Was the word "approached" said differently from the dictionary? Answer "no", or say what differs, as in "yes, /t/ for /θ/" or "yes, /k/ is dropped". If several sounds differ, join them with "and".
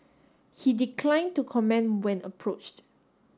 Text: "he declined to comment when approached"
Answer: no